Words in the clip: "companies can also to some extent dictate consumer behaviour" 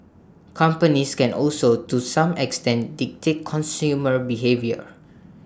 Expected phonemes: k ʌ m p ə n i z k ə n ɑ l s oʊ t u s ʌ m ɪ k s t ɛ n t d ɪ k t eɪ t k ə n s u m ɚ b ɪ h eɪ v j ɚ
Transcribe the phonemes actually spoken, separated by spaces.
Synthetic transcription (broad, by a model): k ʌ m p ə n i s k ə n ɑ l s oʊ t u s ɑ m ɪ k s t ɛ n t d ɪ k t eɪ t k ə n s u m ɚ b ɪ h eɪ v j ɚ